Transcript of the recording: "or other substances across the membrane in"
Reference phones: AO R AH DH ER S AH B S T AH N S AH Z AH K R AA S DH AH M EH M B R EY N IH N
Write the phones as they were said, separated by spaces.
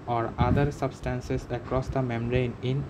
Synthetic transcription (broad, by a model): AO R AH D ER S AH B S T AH N S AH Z AH K R AA S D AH M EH M R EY N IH N